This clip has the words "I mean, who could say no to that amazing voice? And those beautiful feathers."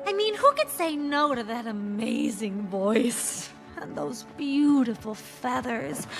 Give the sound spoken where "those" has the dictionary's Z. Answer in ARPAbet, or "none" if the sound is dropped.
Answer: Z